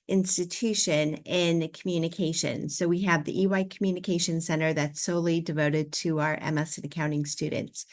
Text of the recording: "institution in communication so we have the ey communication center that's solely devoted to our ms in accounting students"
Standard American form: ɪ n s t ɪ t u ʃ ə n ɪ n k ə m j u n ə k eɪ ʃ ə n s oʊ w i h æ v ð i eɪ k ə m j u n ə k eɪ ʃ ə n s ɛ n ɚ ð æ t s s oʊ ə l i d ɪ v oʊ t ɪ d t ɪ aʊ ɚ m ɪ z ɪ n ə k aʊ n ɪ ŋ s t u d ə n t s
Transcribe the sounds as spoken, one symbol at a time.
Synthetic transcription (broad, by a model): ɪ n s t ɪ t u ʃ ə n ɪ n k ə m j u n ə k eɪ ʃ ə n s oʊ w i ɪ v ð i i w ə m j u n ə k eɪ ʃ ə n s ɛ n ɚ ð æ t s s oʊ ə l i d ɪ v oʊ t ɪ d t ɪ aʊ ɚ m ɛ s ɪ n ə k aʊ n ɪ ŋ s t u d n t s